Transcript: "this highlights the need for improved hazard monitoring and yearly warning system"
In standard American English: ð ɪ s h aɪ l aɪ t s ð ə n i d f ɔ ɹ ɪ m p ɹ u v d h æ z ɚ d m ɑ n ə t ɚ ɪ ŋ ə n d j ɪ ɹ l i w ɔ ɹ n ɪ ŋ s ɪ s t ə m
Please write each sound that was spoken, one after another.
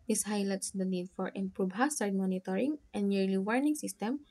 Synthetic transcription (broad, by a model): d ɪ s h aɪ l aɪ t s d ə n i d f ɔ ɹ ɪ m p ɹ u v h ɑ s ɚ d m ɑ n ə t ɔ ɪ ŋ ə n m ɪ ɹ l i w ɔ ɹ n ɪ ŋ s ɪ s t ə m